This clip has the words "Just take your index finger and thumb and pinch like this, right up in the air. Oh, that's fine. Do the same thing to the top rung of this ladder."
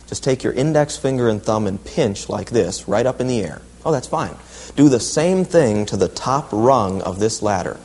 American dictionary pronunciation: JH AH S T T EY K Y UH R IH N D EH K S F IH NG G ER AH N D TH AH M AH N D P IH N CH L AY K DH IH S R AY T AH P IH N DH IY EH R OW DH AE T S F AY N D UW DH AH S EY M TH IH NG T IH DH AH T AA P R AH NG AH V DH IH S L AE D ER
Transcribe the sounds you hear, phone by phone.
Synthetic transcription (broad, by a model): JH AH S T T EY K Y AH R IH N D EH K S F IH NG G ER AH N TH AH M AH N P IH N CH L AY K DH IH S R AY T AH P IH N DH IY EH R OW DH AE T S F AY N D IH DH AH S EY M TH IH NG T IH DH AH T AA P R AH NG AH V DH IH S L AE D ER